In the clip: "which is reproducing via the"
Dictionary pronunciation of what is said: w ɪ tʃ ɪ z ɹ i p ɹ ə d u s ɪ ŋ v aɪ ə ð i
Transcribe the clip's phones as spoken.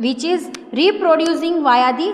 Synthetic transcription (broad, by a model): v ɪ tʃ ɪ z ɹ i p ɹ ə d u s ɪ ŋ v aɪ ə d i